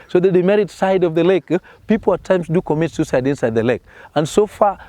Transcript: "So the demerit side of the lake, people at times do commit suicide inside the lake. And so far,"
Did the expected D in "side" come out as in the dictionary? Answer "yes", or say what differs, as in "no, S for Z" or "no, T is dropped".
yes